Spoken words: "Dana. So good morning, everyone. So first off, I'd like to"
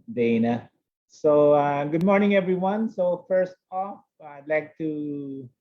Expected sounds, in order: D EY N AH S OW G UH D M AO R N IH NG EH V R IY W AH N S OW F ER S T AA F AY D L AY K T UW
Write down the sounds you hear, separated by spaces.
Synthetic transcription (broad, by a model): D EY N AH S OW G UH D M AO R N IH NG EH V R IY W AH N S OW F ER S T AA F AY D L AY K T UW